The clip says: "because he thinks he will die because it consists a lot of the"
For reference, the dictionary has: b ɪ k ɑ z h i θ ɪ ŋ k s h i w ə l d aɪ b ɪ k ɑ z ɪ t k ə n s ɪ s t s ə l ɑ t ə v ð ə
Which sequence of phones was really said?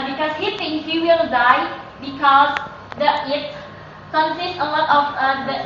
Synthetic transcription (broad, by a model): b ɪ k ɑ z h i t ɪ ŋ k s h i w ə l d aɪ b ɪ k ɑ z ɪ t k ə n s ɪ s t ə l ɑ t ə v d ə